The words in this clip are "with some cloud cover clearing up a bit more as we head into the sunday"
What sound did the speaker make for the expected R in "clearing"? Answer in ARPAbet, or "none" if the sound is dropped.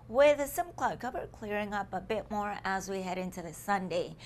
R